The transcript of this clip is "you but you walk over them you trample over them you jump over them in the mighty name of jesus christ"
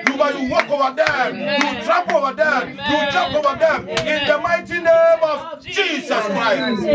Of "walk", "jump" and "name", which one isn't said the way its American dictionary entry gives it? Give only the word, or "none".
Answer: jump